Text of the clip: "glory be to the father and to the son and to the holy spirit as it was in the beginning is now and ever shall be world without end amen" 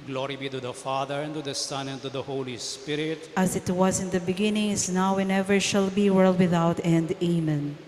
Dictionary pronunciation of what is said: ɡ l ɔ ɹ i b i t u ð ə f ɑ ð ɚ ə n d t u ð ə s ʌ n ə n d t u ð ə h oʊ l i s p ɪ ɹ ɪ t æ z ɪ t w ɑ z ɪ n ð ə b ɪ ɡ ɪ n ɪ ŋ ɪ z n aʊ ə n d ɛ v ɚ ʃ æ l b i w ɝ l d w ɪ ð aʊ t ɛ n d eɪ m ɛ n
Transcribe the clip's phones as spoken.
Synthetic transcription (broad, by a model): ɡ l ɔ ɹ i b i t u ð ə f ɑ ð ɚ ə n t u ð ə s ʌ n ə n t u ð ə h oʊ l i s p ɪ ɹ ɪ t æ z ɪ t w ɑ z ɪ n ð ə b ɪ ɡ ɪ n ɪ ŋ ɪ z n aʊ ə n ɛ v ɚ ʃ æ l b i w ɝ l d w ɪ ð aʊ t ɛ n d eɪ m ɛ n